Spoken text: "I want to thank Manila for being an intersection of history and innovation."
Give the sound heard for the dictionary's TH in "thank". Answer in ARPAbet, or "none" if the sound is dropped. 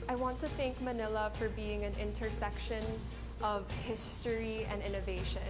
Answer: TH